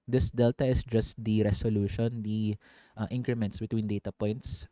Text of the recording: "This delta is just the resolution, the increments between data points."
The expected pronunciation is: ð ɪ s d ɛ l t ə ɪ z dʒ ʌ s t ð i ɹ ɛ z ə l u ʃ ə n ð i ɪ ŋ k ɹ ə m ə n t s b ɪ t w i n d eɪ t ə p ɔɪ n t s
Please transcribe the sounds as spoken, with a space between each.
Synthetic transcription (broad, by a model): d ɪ s d ɛ l t ə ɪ s dʒ ʌ s t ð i ɹ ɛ s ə l u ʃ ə n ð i ɪ ŋ k ɹ ə m ə n t s b ɪ t w i n d eɪ t ə p ɔɪ n t s